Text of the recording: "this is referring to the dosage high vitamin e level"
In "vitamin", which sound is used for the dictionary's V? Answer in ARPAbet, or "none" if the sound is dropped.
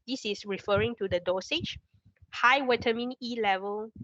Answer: W